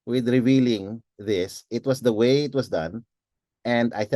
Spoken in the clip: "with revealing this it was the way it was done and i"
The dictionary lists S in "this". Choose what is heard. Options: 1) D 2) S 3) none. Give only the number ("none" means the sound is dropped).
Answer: 2